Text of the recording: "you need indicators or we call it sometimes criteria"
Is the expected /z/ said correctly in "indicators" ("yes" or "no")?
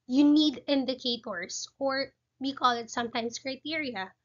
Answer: no